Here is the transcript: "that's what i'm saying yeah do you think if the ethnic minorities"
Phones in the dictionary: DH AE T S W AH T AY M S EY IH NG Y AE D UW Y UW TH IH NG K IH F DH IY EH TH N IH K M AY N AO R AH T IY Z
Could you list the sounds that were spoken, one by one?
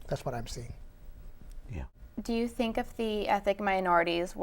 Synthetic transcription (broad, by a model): DH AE T S W AH T AY M S EY IH NG Y AE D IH Y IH TH IH NG K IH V DH IY EH TH IH K M AY N AO R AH T IY Z